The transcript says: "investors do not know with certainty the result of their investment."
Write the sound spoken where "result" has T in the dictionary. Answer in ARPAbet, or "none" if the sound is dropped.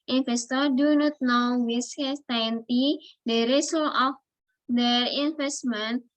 none